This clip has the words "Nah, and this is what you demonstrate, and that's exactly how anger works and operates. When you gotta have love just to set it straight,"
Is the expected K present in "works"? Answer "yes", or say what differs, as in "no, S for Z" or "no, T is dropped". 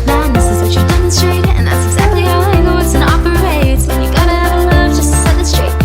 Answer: no, K is dropped